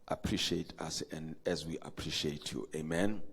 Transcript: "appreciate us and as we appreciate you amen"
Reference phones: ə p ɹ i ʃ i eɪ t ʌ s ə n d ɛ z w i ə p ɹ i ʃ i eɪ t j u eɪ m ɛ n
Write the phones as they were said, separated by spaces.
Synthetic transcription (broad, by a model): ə p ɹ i ʃ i eɪ t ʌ s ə n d ɛ z w i ə p ɹ i ʃ i eɪ t j u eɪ m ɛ n